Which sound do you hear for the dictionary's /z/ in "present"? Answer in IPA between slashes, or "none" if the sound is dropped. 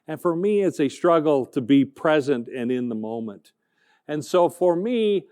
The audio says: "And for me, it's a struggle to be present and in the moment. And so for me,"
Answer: /z/